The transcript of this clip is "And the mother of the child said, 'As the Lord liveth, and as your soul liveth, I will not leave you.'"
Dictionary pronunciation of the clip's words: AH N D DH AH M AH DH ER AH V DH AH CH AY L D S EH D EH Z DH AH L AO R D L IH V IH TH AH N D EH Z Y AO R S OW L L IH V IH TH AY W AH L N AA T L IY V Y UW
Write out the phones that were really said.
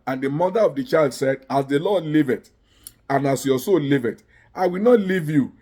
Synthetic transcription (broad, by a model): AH N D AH M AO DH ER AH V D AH CH AY L D S EH D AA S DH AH L AO D L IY V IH T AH N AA S Y AO S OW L L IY V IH T AY W AH L N AA T L IY V Y UW